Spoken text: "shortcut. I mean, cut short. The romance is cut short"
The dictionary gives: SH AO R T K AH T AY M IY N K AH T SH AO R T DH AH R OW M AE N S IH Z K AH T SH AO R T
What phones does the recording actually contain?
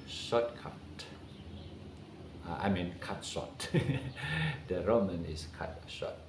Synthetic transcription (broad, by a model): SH AO T K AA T AY M IY N K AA T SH AO T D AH R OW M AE N IH S K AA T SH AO T